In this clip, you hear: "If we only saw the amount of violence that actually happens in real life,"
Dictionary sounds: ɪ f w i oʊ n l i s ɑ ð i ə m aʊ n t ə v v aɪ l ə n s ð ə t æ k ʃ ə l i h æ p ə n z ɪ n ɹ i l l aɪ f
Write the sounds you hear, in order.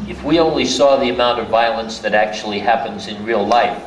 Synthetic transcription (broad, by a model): ɪ f w i oʊ n l i s ɑ ð i ə m aʊ n t ə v v aɪ l ə n s ð ə t æ k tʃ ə l i h æ p ə n z ɪ n ɹ i l l aɪ f